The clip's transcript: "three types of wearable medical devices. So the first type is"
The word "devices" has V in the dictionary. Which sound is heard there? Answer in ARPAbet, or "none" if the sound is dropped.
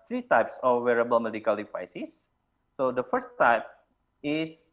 P